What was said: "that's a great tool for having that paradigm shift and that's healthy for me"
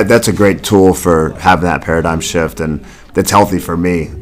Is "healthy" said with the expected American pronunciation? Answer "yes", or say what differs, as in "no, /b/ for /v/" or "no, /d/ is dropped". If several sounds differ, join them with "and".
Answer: yes